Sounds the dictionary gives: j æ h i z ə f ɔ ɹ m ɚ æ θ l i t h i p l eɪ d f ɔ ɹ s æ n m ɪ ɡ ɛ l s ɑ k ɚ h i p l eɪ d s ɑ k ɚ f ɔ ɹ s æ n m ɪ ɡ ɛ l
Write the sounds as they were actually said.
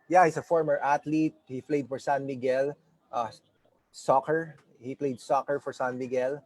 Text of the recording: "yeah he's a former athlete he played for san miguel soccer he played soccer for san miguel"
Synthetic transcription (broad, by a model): j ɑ h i s ə f ɔ ɹ m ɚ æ t l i t h i p l eɪ d f ɔ ɹ s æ n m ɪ ɡ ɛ l s ɑ k ɚ h i p l eɪ d s ɑ k ɚ f ɔ ɹ s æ n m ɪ ɡ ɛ l